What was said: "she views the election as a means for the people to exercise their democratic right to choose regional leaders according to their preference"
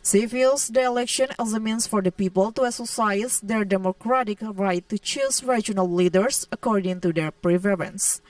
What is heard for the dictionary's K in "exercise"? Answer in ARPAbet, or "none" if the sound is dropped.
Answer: none